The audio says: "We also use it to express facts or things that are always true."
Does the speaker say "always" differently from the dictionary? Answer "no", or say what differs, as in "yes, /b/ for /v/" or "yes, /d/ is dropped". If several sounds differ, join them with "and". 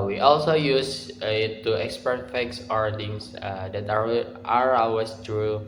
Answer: yes, /l/ is dropped and /s/ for /z/